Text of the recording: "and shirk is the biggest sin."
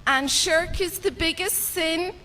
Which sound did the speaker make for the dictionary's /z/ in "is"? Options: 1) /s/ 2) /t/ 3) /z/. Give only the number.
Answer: 3